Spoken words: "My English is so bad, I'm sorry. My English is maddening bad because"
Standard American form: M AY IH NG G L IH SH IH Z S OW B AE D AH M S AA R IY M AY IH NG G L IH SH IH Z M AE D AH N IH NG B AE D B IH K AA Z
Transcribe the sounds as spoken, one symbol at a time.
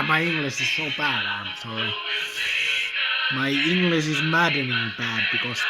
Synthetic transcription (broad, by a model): M AY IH NG G L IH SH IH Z S OW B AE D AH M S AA IY M AY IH NG G L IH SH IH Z M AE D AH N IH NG B AE D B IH K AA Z